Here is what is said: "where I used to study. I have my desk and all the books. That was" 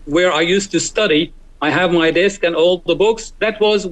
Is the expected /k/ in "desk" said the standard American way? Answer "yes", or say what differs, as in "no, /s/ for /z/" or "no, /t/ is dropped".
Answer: yes